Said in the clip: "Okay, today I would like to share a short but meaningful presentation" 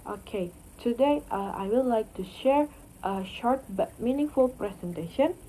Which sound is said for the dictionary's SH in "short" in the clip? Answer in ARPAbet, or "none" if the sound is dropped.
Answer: SH